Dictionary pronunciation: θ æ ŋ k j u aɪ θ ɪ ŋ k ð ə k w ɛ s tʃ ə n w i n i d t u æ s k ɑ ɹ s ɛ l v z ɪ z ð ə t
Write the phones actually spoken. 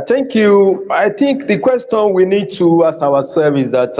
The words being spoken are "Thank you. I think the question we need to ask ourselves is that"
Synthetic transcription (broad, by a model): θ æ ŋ k j u aɪ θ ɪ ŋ k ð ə k w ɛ s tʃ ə n w i n i d t u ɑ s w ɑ s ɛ v ɪ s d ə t